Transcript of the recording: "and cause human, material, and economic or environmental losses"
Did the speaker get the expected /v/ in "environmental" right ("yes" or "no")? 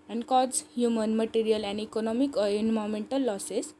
no